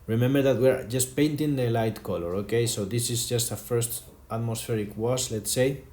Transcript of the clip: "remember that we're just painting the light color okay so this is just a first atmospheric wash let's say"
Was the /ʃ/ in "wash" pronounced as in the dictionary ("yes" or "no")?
no